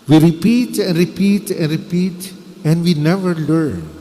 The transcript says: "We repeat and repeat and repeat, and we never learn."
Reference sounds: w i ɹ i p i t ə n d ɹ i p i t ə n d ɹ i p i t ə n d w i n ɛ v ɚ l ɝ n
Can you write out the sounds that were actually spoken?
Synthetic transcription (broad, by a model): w i ɹ i p i t ə n d ɹ i p i t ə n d ɹ i p i t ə n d w i n ɛ v ɚ l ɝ n